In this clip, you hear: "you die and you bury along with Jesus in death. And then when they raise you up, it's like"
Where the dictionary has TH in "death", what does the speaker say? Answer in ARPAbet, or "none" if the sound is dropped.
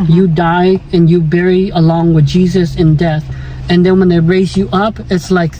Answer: TH